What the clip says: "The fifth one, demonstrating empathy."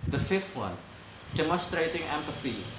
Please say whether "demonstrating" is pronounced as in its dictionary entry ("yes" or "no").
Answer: no